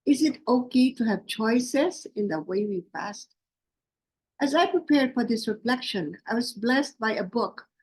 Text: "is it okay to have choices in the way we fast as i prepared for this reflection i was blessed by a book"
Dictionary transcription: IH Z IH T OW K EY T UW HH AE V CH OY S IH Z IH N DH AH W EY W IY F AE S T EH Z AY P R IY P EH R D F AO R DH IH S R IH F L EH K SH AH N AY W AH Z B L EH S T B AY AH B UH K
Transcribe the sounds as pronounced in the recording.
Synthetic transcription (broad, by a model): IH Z IH T OW K EY T UW HH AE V CH OY S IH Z IH N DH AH W EY W IY P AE S T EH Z AY P R IY P EH R D F AO R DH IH S R IH F L EH K SH AH N AY W AH Z B L EH S T B AY AH B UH K